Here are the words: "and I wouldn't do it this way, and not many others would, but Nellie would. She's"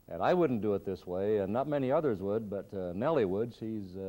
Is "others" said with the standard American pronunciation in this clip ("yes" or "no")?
yes